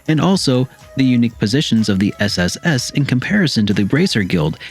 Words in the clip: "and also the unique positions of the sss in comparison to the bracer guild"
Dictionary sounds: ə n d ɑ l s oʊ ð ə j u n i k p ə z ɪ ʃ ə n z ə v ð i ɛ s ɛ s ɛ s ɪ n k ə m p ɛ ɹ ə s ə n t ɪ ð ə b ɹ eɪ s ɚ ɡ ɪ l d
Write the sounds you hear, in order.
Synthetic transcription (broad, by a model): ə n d ɑ l s oʊ ð ə j u n i k p ə z ɪ ʃ ə n z ə v ð i ɛ s ɛ s ɛ s ɪ n k ə m p ɛ ɹ ə s ə n t ɪ ð ə b ɹ eɪ s ɚ ɡ ɪ l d